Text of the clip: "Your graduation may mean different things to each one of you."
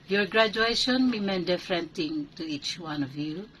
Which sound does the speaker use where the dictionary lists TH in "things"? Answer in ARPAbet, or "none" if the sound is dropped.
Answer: T